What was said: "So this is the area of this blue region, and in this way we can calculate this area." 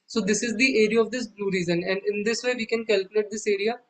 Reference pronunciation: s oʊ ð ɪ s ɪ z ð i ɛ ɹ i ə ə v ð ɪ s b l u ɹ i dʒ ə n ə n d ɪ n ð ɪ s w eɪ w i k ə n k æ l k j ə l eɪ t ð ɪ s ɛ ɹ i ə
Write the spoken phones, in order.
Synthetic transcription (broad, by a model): s oʊ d ɪ s ɪ z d i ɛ ɹ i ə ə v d ɪ s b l u ɹ i z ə n ə n d ɪ n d ɪ s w eɪ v i k ə n k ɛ l k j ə l eɪ t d ɪ s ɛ ɹ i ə